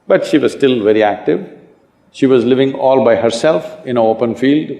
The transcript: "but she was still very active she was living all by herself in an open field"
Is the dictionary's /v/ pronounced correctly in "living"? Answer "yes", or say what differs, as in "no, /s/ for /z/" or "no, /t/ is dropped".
yes